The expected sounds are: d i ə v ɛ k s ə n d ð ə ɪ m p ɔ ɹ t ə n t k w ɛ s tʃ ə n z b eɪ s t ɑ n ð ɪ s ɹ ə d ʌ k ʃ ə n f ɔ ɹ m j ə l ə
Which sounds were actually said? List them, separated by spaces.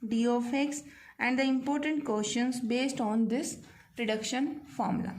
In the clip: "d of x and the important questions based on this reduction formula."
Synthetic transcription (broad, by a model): d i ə f ɛ k s ə n d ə ɪ m p ɔ ɹ t ə n t k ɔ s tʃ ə n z b eɪ s t ɑ n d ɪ s ɹ ə d ʌ k ʃ ə n f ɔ ɹ m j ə l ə